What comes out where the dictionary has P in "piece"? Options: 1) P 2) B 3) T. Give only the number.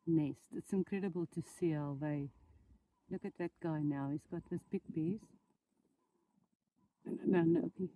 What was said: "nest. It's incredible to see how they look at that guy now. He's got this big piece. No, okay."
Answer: 2